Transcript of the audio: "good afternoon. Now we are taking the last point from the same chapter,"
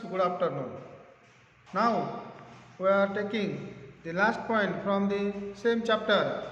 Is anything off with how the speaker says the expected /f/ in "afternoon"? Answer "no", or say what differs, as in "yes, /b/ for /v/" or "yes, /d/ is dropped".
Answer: yes, /p/ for /f/